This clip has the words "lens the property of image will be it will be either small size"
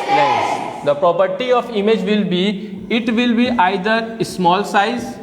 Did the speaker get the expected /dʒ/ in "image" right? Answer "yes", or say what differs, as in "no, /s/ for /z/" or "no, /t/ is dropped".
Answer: yes